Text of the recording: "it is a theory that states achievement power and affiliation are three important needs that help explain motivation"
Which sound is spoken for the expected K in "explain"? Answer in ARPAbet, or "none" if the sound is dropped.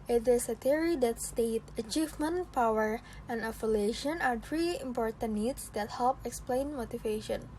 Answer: K